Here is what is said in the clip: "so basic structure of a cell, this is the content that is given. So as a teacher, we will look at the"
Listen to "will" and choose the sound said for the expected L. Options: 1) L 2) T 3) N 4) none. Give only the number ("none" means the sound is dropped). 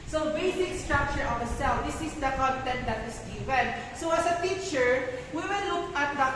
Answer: 3